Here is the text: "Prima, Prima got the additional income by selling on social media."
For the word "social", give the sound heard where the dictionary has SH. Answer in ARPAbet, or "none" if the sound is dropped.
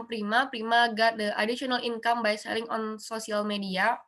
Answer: S